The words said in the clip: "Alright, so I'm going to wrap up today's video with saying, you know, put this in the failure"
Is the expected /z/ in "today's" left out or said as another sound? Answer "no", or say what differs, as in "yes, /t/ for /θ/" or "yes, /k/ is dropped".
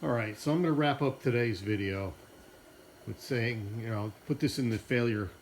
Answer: no